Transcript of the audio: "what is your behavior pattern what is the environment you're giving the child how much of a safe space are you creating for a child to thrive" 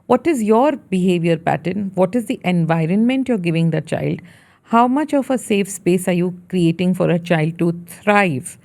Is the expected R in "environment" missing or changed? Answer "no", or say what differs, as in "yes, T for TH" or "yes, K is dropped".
no